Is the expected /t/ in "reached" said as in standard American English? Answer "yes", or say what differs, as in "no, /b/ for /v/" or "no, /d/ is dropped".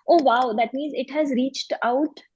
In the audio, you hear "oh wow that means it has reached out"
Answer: yes